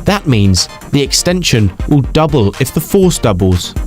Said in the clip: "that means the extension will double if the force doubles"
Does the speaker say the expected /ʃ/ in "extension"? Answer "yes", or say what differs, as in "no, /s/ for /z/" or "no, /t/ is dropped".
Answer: yes